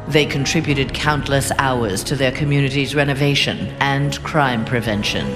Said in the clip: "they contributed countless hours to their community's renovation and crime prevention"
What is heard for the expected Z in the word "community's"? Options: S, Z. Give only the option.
Z